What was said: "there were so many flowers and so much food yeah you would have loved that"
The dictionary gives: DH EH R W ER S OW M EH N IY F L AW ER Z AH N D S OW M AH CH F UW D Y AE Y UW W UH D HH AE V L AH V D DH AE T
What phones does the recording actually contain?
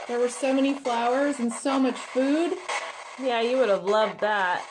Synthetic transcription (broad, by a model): DH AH R W ER S OW M EH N IY F L AW ER Z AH N S OW M AH CH F UW D Y AE Y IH W UH D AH V L AH V D DH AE T